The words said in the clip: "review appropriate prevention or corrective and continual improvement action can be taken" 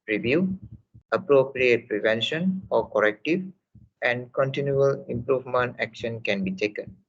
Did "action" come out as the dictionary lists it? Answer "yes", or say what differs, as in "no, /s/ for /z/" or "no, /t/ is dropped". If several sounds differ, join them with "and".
yes